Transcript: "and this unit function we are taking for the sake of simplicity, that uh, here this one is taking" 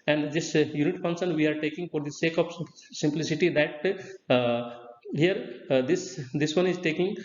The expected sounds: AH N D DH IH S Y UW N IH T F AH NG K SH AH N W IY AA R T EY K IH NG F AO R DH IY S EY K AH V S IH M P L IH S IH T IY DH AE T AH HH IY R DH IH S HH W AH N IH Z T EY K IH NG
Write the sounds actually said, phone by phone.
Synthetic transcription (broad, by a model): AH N D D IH S Y UW N IH T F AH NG SH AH N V IY AA R T EY K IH NG F AO R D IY S EY K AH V S IH M P L IH S IH T IY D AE T HH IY R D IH S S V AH N IH Z T EY K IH NG